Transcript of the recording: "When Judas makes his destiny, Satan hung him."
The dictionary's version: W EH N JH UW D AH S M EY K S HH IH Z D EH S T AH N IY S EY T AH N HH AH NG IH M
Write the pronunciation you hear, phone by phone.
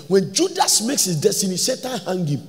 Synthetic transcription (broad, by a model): W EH N JH UW D AH S M EY K S HH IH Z D EH S T AH N IY S EY T AH N HH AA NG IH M